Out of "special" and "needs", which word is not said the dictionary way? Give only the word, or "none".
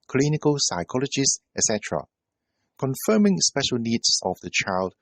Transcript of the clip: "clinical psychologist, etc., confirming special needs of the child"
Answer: needs